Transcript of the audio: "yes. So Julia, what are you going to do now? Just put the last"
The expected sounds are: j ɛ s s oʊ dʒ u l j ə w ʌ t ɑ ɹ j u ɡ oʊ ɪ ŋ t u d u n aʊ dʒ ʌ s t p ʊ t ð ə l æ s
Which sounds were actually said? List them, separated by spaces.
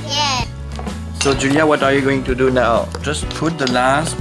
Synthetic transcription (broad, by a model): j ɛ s s oʊ dʒ u l j ə w ʌ t ɑ ɹ j u ɡ oʊ ɪ ŋ t u d u n aʊ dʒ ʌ s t p ʊ t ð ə l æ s